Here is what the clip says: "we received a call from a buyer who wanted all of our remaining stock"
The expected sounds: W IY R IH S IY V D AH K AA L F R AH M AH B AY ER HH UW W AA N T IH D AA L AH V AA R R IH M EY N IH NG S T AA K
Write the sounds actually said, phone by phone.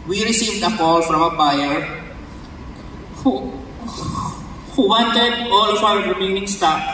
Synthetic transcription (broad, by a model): W IY R IH S IY V D AH K AA L F R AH M AH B AY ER HH UW W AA N T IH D AA L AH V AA W R IH M EY N IH NG S T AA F